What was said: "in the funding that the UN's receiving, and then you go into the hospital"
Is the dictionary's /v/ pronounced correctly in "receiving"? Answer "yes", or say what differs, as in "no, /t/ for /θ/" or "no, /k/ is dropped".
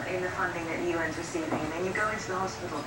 no, /v/ is dropped